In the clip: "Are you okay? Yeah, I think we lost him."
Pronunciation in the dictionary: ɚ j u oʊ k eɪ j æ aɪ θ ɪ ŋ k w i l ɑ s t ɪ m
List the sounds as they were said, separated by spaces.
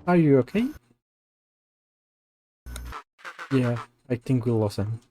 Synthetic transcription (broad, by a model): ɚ j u oʊ k eɪ j æ aɪ θ ɪ ŋ k w i l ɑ s ɪ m